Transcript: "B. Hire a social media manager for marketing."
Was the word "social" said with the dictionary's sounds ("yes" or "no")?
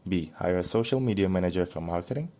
yes